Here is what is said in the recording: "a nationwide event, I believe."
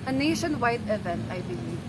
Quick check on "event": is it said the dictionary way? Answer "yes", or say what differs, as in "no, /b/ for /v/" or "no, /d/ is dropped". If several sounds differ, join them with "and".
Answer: no, /t/ is dropped